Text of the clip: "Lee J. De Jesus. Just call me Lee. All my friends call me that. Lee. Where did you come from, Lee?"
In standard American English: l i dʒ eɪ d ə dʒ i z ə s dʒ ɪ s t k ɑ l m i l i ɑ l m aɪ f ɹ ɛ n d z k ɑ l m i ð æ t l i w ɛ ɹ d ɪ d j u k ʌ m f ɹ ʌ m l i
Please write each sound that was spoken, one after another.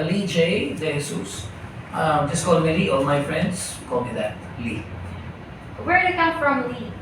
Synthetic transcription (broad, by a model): l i dʒ eɪ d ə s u s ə dʒ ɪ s k ɑ l m i l i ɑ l m aɪ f ɹ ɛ n d s k ɑ l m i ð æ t l i w ɛ ɹ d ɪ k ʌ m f ɹ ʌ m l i